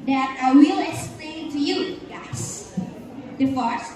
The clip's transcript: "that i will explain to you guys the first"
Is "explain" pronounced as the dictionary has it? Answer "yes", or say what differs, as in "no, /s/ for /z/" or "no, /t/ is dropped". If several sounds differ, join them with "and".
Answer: no, /k/ is dropped